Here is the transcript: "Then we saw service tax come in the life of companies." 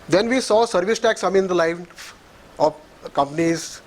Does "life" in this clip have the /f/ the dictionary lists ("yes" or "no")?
no